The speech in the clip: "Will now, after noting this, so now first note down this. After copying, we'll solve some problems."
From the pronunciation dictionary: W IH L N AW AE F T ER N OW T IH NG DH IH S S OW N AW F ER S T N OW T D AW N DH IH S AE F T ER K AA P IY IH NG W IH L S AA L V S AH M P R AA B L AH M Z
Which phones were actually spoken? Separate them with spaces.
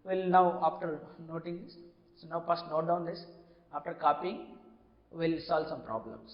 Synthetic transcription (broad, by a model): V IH L N AW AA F T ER N OW T IH NG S S OW N AW P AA S T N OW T D AW N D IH S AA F T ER K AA P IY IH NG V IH L S AA L V S AH M P R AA B L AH M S